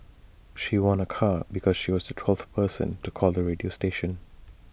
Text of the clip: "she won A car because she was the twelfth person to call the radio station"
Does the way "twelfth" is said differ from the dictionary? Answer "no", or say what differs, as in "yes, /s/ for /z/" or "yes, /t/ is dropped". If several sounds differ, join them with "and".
yes, /f/ is dropped